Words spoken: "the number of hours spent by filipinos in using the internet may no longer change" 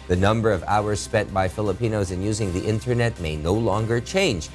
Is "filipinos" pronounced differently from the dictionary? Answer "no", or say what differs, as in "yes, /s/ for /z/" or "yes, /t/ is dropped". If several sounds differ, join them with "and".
no